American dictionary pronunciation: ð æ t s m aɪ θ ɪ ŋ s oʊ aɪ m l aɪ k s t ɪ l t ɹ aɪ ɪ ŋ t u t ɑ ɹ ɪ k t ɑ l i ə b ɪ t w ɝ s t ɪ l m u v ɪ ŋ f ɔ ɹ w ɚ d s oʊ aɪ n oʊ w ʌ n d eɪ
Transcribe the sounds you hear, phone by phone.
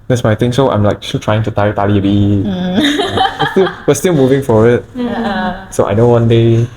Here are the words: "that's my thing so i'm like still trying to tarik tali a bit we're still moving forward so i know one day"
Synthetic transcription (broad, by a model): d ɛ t s m aɪ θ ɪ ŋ s oʊ aɪ m l aɪ k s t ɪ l t ɹ aɪ ɪ ŋ t u t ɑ ɪ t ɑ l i ə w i t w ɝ s t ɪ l m u v ɪ ŋ f ɔ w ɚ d s oʊ aɪ n oʊ w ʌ n d eɪ